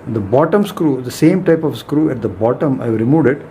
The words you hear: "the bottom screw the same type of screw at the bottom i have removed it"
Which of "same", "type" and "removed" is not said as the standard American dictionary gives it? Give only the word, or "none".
removed